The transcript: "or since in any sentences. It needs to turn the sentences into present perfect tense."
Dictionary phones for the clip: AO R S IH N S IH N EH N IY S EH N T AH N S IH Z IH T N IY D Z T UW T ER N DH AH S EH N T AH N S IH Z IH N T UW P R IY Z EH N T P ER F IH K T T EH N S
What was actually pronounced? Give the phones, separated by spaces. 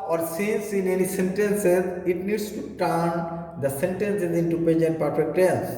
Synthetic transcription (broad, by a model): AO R S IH N S IH N EH N IY S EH N T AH N S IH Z IH T N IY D S T UW T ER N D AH S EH N T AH N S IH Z IH N T UW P IY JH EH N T P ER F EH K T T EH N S